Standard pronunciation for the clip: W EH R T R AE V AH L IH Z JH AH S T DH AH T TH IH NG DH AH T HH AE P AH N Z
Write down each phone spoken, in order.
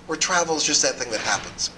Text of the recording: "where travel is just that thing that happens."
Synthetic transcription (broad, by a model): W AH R T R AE V L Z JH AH S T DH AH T TH IH NG DH AH T HH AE P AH N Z